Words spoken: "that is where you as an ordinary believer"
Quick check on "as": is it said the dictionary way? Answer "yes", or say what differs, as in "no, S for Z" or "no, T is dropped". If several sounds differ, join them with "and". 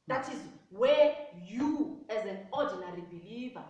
yes